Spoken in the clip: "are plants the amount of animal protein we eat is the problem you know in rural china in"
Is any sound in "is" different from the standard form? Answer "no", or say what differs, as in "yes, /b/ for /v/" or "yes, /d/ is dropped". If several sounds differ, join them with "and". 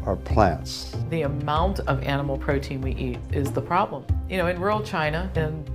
no